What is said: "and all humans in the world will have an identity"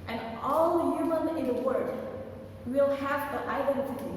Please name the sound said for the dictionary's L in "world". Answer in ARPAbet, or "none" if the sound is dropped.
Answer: none